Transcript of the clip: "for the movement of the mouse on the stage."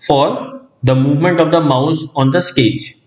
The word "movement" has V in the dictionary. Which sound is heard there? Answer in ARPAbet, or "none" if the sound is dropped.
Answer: V